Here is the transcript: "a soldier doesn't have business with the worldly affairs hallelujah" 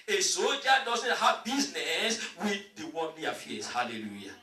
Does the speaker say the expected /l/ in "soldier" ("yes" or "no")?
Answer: no